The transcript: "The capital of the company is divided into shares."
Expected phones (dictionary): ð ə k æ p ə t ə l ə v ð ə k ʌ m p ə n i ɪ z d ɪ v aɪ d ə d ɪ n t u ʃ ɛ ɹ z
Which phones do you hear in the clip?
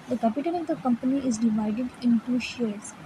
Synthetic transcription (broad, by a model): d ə k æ p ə t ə n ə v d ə k ʌ m p ə n i ɪ z d ɪ v aɪ d ə d ɪ n t u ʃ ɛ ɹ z